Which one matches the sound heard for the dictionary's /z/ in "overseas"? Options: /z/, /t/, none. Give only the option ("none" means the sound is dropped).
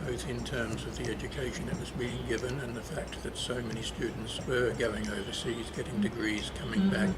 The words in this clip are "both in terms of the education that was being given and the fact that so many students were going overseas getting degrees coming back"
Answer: /z/